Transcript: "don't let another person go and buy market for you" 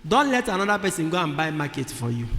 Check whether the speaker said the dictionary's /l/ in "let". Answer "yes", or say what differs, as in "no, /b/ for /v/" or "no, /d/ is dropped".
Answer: yes